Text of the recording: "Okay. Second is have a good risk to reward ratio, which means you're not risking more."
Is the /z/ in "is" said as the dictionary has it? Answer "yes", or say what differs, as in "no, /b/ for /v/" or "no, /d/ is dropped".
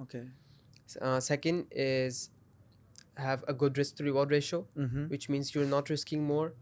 yes